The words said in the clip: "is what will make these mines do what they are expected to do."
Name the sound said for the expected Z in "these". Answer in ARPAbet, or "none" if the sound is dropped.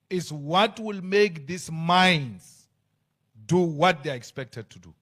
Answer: S